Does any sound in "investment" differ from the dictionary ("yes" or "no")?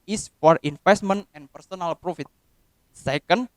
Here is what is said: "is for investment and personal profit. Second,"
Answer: yes